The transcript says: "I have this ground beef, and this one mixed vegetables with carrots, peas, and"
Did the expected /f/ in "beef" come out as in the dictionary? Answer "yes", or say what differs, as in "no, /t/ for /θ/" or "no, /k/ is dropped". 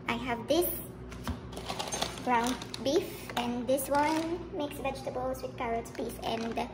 yes